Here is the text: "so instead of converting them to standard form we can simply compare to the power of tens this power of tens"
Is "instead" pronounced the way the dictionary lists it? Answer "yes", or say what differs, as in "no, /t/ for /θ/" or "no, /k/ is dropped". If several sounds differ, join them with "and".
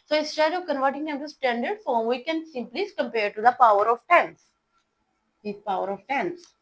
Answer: no, /n/ is dropped